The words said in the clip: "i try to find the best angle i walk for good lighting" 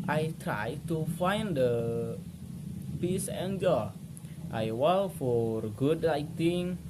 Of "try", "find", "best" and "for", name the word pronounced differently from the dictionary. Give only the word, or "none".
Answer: best